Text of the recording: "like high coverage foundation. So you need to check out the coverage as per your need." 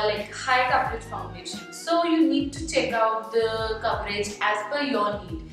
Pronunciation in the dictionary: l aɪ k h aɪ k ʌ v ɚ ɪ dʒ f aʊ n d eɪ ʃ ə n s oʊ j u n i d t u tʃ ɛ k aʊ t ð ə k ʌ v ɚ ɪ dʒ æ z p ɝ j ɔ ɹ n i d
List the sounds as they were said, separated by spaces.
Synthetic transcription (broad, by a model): l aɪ k h aɪ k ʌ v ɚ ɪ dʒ f aʊ n d eɪ ʃ ə n s oʊ j u n i d t u tʃ ɛ k aʊ t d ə k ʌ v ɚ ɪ dʒ æ z f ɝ j ɔ ɹ n i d